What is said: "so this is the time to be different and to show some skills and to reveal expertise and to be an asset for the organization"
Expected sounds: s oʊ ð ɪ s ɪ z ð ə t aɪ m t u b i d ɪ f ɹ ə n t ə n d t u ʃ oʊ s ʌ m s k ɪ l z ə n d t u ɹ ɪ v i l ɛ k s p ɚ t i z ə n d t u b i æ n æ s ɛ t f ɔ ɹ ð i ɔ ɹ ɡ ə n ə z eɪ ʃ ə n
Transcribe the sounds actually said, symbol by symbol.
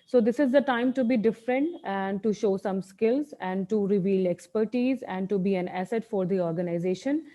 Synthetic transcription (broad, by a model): s oʊ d ɪ s ɪ z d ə t aɪ m t u b i d ɪ f ɹ ə n t ə n d t u ʃ oʊ s ʌ m s k ɪ l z ə n d t u ɹ ɪ v i l ɛ k s p ɚ t i z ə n d t u b i æ n æ s ɛ t f ɔ ɹ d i ɔ ɹ ɡ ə n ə z eɪ ʃ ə n